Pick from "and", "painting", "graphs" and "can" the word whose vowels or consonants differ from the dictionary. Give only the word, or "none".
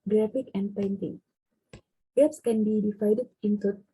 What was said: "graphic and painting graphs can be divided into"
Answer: graphs